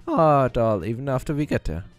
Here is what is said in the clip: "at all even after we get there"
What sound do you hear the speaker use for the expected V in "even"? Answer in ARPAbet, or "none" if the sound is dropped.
V